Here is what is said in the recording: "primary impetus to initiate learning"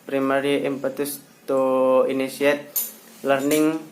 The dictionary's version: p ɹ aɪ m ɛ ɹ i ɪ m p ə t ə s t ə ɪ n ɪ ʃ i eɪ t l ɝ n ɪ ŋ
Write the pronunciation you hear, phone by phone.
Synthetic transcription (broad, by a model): p ɹ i m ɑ ɹ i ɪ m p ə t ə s t ə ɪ n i s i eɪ t l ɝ n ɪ ŋ